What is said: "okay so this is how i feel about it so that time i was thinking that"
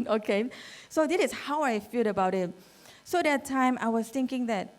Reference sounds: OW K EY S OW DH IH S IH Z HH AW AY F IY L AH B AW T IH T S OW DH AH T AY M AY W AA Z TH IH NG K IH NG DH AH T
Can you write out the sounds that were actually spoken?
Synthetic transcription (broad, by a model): OW K EY S OW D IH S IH S HH AW AY F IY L AH B AW T IH T S OW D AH T AY M AY W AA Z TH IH NG K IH NG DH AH T